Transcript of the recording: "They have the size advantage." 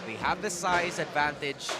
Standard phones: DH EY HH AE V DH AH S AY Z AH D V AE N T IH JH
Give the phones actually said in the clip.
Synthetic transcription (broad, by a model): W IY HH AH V DH AH S AY Z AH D V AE N T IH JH